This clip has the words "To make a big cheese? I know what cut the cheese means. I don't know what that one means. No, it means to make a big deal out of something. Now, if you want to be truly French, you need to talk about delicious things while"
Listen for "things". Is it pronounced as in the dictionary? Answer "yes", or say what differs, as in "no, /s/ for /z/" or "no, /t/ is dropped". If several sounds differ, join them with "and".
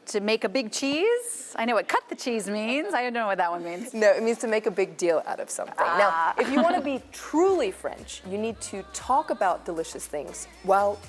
yes